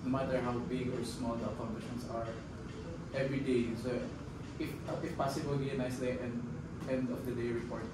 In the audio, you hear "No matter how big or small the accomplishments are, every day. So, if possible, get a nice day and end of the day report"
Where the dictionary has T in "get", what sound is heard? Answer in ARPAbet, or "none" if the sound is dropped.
none